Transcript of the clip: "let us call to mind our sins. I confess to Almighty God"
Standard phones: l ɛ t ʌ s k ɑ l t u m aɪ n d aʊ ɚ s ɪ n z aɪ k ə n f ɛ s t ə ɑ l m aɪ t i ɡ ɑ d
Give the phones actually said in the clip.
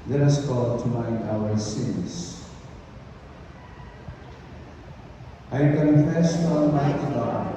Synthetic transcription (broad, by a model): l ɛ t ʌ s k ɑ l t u m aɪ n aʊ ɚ s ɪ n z aɪ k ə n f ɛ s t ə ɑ n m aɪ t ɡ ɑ